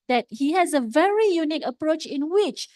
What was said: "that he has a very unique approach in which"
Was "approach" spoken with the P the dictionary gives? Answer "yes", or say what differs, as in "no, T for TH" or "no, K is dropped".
yes